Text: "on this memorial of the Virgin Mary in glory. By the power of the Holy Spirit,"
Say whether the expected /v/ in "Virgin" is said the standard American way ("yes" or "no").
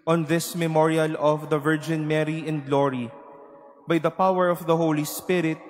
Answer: yes